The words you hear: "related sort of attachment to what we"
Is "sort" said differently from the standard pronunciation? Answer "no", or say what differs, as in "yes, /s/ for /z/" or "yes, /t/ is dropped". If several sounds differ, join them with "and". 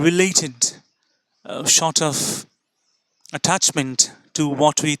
yes, /ʃ/ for /s/